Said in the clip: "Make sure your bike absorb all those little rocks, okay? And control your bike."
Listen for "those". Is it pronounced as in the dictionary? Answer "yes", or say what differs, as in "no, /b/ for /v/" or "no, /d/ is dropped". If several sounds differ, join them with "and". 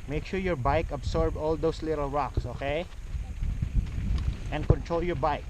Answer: no, /s/ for /z/